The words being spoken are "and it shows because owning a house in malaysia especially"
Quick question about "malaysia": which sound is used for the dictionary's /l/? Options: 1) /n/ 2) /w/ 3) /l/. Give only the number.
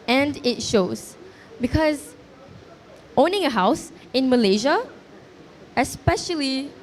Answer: 3